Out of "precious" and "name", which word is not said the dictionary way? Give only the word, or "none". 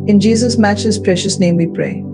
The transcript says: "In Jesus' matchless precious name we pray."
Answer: none